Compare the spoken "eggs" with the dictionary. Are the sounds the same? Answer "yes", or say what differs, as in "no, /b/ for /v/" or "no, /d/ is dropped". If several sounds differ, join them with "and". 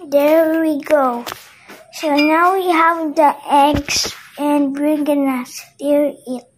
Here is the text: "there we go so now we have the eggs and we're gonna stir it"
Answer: no, /s/ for /z/